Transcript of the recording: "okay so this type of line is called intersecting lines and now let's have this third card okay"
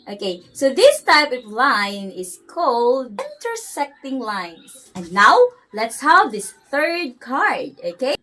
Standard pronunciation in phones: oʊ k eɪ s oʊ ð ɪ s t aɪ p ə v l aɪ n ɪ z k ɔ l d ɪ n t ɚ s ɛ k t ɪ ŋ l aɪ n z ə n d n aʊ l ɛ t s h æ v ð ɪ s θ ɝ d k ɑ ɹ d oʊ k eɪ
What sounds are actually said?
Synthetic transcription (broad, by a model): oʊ k eɪ s oʊ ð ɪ s t aɪ p ə v l aɪ n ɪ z k ɔ l d ɪ n t ɚ s ɛ k t ɪ ŋ l aɪ n ə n n aʊ l ɛ t s h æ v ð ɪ s θ ɝ d k ɑ ɹ d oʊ k eɪ